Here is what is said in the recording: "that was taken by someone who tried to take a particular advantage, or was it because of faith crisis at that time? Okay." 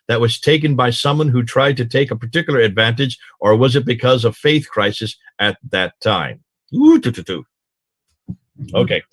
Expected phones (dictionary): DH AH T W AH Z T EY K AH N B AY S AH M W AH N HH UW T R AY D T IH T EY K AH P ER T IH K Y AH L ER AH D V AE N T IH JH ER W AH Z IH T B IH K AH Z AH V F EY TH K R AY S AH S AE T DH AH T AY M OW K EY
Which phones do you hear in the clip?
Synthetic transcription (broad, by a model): DH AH T W AH Z T EY K AH N B AY S AH M W AH N HH UW T R AY D T IH T EY K AH P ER T IH K Y L ER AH D V AE N T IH JH ER W AH Z IH T B IH K AH Z AH V F EY TH K R AY S AH S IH T DH AH T AY M OW K EY